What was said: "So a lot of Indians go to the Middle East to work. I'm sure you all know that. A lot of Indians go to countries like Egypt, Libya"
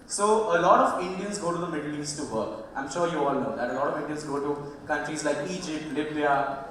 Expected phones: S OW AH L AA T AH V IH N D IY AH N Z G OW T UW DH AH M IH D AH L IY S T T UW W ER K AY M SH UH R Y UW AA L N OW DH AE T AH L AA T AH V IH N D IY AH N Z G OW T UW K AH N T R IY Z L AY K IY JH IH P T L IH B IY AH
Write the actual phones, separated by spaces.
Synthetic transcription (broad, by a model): S OW AH L AA T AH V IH N D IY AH N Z G OW T UW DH AH M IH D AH L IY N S T UW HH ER AY M SH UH R Y UW AA L N OW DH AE T AH L AA T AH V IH N D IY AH N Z G OW T UW K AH N T R IY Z L AY K IY JH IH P L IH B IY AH